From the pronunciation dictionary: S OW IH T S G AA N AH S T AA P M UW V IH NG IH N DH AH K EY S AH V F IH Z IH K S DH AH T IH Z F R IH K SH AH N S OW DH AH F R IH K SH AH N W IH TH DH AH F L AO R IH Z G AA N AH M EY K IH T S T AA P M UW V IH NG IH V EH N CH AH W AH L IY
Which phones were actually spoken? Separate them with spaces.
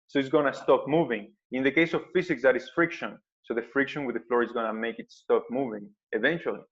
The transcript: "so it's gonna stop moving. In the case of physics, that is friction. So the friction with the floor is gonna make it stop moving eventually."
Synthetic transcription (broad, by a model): S OW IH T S G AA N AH S T AA P M UW V IH NG IH N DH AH K EY S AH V F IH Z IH K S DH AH T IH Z F R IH K SH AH N S OW DH AH F R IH K SH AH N W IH DH AH F L AO R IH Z G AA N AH M EY K IH T S T AA P M UW V IH NG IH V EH N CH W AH L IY